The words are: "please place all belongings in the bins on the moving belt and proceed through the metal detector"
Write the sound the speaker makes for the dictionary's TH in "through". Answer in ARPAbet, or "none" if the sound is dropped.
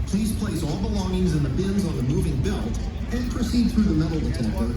TH